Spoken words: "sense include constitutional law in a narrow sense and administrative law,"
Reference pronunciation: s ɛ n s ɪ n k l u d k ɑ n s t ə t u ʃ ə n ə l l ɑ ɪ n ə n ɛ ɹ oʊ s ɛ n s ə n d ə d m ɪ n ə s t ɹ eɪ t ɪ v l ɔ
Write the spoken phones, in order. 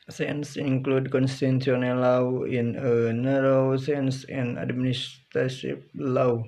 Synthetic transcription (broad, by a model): s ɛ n s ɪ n k l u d k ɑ n s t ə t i ə n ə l l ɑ ɪ n ə n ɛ ɹ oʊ s ɛ n s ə n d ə d m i n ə s t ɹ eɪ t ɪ p l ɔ